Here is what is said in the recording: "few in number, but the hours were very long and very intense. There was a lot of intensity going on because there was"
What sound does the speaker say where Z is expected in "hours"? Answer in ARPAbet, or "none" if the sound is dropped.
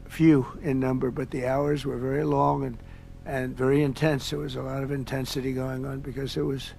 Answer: Z